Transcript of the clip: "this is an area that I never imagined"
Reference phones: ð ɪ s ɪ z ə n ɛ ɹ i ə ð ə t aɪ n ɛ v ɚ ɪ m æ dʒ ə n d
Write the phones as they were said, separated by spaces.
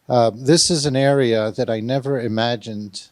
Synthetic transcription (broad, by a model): ð ɪ s ɪ z ə n ɛ ɹ i ə ð ə t aɪ n ɛ v ɚ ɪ m æ dʒ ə n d